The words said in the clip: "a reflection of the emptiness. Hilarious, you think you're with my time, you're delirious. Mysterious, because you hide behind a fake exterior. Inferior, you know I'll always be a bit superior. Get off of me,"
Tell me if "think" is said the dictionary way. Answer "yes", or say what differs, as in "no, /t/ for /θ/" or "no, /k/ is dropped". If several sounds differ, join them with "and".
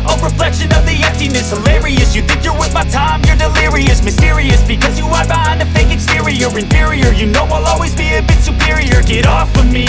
yes